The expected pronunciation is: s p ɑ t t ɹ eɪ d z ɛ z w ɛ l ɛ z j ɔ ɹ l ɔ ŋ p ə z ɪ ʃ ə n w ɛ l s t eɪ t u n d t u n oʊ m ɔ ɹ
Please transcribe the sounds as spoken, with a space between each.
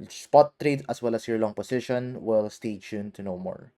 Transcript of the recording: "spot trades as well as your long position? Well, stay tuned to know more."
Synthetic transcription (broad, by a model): s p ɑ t t ɹ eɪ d ʌ s w ɛ l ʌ s j ɔ ɹ l ɔ ŋ p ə s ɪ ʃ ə n w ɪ l s t eɪ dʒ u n t u n oʊ m ɔ ɹ